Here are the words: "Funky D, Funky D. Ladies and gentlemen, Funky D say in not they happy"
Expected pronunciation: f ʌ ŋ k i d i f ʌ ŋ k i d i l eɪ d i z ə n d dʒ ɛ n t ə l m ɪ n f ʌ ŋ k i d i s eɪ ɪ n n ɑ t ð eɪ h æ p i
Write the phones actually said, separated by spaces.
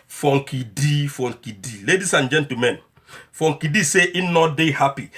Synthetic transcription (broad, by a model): f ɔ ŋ k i d i f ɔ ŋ k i d i l eɪ d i s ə n dʒ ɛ n t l m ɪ n f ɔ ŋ k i d i s eɪ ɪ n n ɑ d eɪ h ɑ p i